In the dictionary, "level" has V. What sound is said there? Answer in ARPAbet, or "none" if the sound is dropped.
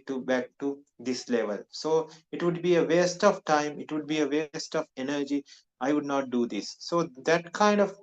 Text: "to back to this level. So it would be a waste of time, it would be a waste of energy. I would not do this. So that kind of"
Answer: V